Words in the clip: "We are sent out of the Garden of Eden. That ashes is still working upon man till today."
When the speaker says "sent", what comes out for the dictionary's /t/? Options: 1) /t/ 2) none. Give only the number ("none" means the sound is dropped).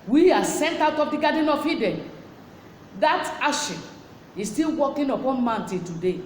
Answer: 1